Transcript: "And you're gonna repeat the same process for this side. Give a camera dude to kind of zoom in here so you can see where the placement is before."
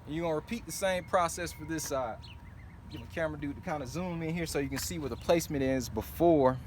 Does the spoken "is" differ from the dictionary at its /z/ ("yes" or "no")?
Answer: no